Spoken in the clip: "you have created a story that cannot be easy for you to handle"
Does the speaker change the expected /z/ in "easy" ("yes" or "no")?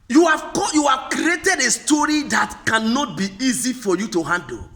no